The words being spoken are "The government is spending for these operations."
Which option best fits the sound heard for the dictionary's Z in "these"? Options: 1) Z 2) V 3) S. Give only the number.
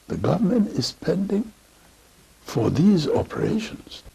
1